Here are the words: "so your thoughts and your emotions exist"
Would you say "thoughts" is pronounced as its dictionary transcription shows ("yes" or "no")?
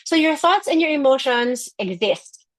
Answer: yes